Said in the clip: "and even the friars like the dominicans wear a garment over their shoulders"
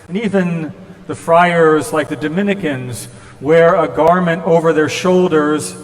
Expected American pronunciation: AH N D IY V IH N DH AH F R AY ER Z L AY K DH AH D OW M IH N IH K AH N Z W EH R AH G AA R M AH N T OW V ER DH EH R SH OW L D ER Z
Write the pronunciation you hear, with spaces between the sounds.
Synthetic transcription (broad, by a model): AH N IY V IH N DH AH F R AY ER Z L AY K DH AH D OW M IH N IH K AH N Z W EH R AH G AA R M AH N T OW V ER DH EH R SH OW L D ER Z